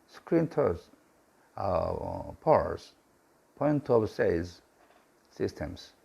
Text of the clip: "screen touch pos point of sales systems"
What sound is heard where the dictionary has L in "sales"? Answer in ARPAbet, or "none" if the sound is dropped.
none